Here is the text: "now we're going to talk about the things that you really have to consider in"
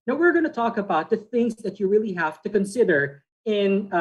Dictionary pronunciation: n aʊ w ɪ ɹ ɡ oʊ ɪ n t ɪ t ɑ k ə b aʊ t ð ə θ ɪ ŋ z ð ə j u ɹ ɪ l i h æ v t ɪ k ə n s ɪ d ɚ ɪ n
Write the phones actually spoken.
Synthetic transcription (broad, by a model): n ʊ w ɪ ɹ ɡ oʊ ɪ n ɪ t ɑ k ə b aʊ t ð ə θ ɪ ŋ z ð ə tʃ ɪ ɹ ɪ l i h æ f t ɪ k ə n s ɪ d ɚ ɪ n